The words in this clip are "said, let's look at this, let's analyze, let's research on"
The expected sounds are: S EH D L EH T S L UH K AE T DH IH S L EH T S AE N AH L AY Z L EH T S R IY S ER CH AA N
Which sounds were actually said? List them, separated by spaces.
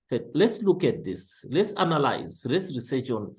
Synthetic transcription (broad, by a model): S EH L EH T S L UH K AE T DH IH S L EH T S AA N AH L AY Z L EH T S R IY S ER SH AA N